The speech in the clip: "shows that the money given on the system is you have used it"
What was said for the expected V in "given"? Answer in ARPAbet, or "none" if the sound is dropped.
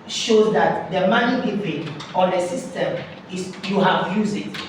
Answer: P